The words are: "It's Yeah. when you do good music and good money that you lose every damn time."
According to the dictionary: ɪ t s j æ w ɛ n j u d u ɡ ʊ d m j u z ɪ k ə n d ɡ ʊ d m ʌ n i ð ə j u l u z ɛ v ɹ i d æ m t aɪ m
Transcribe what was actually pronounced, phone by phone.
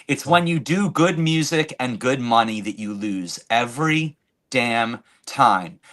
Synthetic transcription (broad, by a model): ɪ t s w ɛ n j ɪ d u ɡ ʊ d m j u z ɪ k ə n ɡ ʊ d m ʌ n i ð ə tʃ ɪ l u z ɛ v ɹ i d æ m t aɪ m